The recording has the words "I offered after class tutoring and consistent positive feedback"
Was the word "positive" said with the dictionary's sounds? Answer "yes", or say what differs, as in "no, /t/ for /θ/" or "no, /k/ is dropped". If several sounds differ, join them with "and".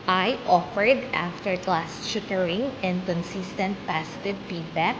no, /s/ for /z/